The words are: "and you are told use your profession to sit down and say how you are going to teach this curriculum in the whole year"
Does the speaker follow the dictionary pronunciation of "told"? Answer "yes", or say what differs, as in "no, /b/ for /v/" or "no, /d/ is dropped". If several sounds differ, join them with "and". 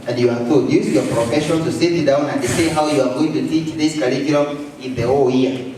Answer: no, /l/ is dropped